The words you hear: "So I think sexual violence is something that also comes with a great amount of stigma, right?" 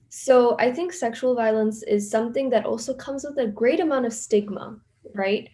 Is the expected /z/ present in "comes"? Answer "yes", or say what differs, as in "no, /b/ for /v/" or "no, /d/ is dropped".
yes